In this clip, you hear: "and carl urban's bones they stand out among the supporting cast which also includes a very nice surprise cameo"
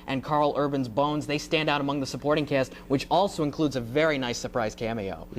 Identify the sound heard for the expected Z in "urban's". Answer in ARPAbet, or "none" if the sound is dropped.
Z